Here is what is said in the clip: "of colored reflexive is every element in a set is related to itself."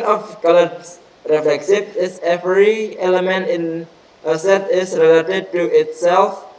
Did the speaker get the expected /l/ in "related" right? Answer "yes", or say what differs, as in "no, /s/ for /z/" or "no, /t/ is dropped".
yes